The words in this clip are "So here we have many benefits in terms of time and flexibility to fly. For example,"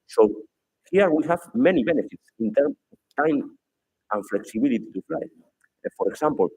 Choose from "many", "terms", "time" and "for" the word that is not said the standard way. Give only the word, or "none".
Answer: terms